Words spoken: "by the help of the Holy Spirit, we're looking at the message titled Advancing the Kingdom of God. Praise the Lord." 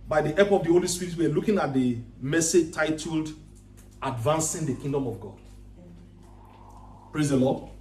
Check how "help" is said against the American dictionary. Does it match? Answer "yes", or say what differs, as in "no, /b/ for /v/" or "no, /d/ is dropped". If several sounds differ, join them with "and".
no, /l/ is dropped